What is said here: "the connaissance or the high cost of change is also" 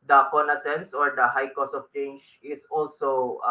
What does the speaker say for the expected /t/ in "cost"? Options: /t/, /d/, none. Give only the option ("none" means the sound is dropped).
none